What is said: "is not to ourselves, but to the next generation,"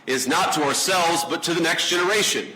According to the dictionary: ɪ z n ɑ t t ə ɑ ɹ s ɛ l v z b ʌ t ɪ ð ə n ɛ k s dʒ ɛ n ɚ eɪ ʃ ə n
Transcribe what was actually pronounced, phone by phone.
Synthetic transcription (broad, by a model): ɪ z n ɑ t t ə ɑ ɹ s ɛ l v z b ʌ t ɪ ð ə n ɛ k s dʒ ɛ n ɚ eɪ ʃ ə n